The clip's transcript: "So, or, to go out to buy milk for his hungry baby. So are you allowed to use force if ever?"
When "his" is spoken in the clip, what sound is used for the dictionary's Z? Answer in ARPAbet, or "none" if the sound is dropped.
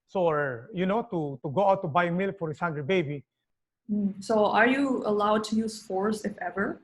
S